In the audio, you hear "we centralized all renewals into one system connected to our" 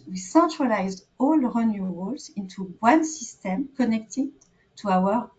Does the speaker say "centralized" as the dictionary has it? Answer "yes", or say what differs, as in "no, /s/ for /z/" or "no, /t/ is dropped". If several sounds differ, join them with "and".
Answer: yes